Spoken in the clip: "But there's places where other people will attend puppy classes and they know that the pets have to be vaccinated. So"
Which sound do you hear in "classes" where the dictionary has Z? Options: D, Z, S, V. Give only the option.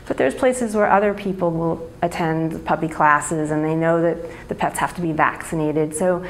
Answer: Z